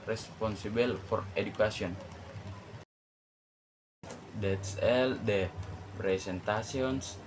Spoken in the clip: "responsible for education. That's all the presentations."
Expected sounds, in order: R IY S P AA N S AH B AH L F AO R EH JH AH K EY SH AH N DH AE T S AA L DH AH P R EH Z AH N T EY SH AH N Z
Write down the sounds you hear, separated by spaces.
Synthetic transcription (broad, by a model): R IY S P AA N S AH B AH L F AO R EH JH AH K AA S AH N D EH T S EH L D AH P R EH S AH N T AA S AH N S